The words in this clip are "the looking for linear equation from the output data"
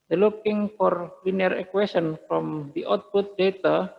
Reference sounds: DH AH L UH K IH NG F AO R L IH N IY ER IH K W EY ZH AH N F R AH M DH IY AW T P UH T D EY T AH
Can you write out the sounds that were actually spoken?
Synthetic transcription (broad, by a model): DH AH L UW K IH NG F AO R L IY N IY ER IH K W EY S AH N F R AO M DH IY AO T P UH T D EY T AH